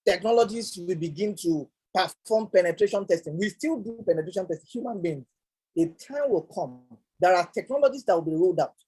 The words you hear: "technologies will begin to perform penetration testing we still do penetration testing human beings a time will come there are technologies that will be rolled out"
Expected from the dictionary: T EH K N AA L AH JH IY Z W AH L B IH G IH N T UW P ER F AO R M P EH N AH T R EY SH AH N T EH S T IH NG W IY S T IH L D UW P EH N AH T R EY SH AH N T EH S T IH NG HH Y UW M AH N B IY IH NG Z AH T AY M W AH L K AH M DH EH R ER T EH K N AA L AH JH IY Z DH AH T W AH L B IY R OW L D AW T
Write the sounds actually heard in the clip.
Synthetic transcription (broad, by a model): T EH K N AA L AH JH IY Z W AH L B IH G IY N T UW P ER F AO M P EH N AH T R EY SH AH N T EH S T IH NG W IY S T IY L D UW P EH N AH T R EY SH AH N T EH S T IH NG HH Y UW M AH N B IY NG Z AH T AY M W AH L K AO M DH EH R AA T EH K N AA L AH JH IY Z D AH T W AH L B IY R OW L D AW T